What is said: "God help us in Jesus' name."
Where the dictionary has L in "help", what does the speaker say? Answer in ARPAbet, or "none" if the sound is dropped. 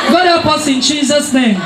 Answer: none